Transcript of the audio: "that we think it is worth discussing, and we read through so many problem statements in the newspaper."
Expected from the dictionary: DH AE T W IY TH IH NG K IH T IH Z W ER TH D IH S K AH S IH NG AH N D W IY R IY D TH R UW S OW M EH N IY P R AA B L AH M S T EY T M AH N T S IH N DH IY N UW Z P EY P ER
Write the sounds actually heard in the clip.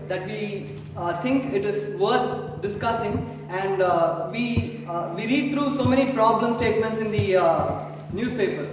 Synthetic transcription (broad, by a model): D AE T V IY T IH NG K IH T IH Z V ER T D IH S K AH S IH NG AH N D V IY R IY D T R UW S OW M EH N IY P R AA B L AH M S T EY T M AH N T S IH N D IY N UW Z P EY P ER